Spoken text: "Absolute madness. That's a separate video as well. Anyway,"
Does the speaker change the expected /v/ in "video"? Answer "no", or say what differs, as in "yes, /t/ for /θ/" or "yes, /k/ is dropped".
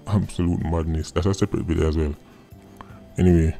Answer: yes, /b/ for /v/